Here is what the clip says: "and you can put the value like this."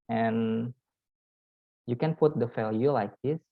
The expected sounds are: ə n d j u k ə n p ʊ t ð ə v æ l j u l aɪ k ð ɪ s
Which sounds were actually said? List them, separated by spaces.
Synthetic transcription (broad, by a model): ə n j u k ə n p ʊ t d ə f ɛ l j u l aɪ k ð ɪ s